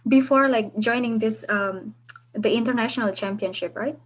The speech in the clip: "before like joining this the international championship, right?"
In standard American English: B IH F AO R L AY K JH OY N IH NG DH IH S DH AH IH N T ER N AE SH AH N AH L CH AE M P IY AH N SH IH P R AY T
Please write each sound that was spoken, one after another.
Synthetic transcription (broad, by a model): B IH F AO R L AY K JH OY N IH NG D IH S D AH IH N T ER N AE SH AH N AH L CH AE M P IY AH N SH IH P R AY T